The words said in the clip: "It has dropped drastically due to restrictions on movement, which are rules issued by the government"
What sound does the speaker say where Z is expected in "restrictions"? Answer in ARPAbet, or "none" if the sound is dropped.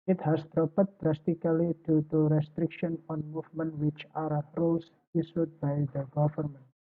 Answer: none